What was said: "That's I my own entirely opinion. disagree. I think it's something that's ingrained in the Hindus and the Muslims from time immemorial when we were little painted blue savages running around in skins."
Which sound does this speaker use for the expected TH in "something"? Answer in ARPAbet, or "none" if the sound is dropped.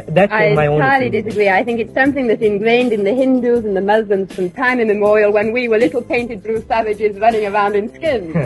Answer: TH